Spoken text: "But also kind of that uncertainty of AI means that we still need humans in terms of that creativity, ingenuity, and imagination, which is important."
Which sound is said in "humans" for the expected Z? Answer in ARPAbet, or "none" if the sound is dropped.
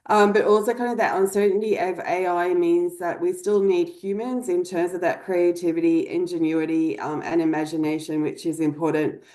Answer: Z